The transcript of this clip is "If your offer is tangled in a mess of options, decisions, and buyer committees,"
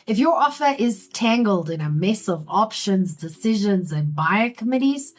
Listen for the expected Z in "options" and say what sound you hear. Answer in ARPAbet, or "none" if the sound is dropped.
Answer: Z